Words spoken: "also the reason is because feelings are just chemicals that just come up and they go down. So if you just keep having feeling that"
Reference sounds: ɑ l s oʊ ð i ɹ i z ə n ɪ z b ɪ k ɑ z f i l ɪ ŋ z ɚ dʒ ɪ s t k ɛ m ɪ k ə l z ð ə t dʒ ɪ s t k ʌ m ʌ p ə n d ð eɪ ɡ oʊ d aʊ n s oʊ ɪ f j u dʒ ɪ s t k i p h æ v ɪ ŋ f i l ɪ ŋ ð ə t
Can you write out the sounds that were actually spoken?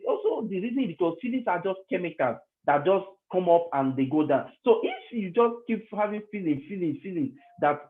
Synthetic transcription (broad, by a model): ɑ l s oʊ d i ɹ i z ə n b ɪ k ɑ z f i l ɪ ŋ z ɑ dʒ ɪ s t k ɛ m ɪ k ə l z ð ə t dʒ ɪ s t k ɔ m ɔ p ə n d eɪ ɡ oʊ d aʊ n s oʊ ɪ f j u dʒ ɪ s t k i p h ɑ v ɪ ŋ f i l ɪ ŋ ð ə t